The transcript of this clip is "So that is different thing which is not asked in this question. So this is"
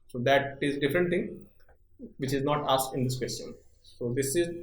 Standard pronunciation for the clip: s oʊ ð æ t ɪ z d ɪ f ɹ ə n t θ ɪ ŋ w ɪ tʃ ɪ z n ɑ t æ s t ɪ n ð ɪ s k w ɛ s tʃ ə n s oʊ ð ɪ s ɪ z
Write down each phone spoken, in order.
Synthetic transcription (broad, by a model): s oʊ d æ t ɪ z d ɪ f ɹ ə n t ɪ ŋ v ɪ tʃ ɪ z n ɑ t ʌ s ɪ n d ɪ s k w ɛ s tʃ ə n s oʊ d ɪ s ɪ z